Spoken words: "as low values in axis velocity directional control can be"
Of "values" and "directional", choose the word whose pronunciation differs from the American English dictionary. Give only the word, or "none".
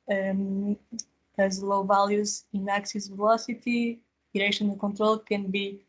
directional